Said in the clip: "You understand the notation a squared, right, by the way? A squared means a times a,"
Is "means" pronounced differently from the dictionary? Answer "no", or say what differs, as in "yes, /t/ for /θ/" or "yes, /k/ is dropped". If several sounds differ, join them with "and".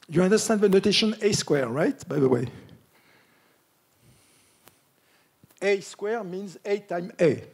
no